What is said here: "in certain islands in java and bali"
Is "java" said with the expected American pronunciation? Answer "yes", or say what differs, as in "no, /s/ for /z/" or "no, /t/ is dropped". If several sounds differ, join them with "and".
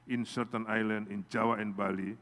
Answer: no, /w/ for /v/